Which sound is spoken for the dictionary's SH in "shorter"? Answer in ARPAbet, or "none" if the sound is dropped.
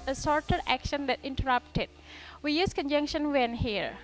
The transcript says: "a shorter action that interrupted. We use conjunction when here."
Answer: S